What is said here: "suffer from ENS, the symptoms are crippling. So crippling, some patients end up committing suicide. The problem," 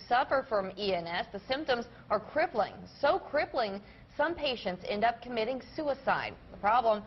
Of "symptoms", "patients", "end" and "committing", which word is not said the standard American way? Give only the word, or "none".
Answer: none